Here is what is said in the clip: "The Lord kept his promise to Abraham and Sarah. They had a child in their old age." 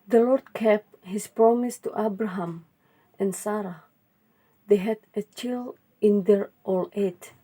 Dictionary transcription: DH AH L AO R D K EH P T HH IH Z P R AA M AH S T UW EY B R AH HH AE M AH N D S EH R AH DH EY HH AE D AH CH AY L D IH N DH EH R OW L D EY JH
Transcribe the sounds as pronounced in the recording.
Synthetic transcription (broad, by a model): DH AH L AO R D K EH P HH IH S P R AA M AH S T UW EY B R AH HH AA M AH N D S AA R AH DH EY HH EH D AH CH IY L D IH N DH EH R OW L EY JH